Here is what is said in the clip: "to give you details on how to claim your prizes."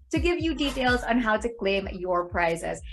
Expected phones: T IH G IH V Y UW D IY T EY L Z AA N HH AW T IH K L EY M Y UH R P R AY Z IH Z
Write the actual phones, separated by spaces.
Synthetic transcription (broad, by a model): T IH G IH V Y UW D IY T EY L Z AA N HH AW T IH K L EY M Y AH R P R AY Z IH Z